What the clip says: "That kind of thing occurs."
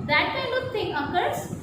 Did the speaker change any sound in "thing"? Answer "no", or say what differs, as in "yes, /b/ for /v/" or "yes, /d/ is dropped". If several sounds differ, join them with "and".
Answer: yes, /t/ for /θ/